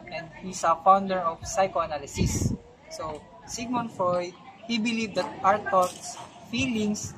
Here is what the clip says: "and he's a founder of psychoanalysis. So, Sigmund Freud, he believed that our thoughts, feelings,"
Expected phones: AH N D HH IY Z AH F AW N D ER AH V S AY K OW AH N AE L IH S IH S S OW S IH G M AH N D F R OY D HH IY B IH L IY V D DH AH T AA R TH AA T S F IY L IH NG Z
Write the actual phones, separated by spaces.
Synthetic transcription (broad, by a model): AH N D HH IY S AH F AW N D ER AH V S AY K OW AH N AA L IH S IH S S OW S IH G M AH N F R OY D HH IY B IH L IY V D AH T AA R T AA T S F IY L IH NG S